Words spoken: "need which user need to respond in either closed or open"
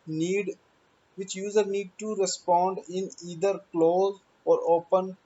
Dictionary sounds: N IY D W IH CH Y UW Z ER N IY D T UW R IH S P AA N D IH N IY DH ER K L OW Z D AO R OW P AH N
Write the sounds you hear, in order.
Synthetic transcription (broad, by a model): N IY D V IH CH Y UW Z ER N IY D T UW R IH S P AA N D IH N IY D ER K L OW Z AO R OW P AH N